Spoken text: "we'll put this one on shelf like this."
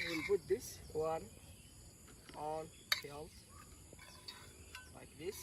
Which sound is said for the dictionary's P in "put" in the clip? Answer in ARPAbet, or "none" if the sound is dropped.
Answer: B